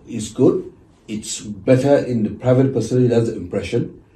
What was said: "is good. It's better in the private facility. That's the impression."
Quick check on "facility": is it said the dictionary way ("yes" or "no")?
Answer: no